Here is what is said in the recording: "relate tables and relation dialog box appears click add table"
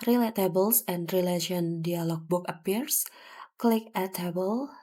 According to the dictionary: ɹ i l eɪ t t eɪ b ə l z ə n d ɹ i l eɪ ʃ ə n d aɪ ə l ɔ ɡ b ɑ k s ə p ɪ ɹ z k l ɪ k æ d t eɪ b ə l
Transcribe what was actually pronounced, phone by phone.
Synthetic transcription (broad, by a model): ɹ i l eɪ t t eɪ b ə l s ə n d ɹ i l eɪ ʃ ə n d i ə l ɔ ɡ b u k ə p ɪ ɹ s k l ɪ k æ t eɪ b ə l